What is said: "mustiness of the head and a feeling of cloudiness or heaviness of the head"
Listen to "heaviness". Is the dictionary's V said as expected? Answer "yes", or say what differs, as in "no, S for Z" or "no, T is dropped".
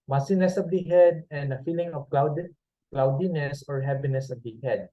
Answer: no, P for V